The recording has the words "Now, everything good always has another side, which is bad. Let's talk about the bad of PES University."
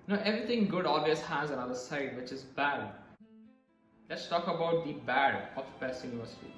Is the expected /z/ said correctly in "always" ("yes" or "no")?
no